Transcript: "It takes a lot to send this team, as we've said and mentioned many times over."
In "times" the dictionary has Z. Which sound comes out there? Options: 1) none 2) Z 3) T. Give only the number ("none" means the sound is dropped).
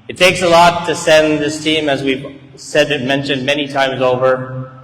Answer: 2